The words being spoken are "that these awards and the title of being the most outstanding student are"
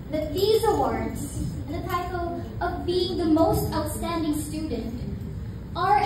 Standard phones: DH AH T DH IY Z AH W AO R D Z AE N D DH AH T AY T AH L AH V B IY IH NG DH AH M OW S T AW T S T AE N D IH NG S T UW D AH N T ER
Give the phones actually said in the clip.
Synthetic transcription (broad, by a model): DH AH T DH IY Z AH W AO R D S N DH AH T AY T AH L AH V B IY IH NG DH AH M OW S T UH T S T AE N D IH NG S T UW D N T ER